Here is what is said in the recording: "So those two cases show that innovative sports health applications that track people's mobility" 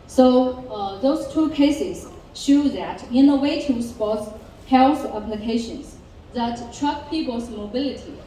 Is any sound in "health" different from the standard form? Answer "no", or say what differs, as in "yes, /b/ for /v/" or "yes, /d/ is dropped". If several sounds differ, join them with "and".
yes, /s/ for /θ/